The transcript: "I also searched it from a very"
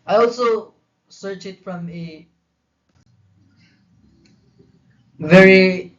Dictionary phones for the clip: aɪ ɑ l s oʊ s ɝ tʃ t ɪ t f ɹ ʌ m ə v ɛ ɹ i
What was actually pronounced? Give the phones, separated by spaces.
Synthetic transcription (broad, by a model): aɪ ɑ l s oʊ s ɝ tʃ ɪ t f ɹ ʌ m ə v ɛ ɹ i